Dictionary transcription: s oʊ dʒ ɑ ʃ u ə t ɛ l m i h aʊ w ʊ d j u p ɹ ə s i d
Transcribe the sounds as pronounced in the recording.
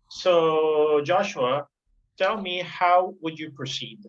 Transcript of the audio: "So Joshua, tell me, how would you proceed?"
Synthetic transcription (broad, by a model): s oʊ dʒ ɑ ʃ u ə t ɛ l m i h aʊ w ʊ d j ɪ p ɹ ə s i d